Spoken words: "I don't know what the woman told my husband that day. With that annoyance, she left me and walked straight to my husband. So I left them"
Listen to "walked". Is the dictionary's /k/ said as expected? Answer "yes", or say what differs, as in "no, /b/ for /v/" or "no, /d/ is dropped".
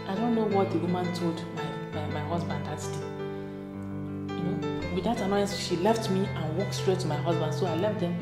yes